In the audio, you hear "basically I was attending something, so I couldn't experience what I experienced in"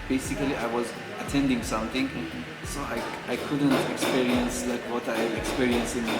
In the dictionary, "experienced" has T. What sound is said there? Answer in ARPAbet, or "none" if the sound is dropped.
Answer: none